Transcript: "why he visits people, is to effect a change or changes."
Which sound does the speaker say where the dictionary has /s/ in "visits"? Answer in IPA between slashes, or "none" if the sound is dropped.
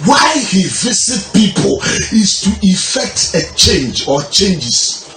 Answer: none